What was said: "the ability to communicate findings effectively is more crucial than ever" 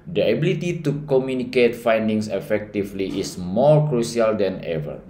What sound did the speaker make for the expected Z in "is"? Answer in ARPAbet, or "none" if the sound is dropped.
S